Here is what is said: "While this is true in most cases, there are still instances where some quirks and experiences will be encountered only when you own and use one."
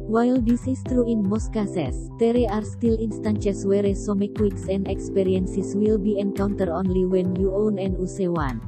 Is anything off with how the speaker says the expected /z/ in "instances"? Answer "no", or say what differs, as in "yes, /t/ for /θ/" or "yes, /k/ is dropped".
yes, /s/ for /z/